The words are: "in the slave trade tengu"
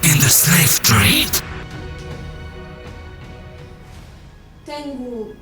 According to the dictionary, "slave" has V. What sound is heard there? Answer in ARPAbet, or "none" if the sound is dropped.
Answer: F